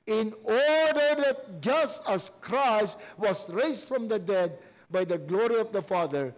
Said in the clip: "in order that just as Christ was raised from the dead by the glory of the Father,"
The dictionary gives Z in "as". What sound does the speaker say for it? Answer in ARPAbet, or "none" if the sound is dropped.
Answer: S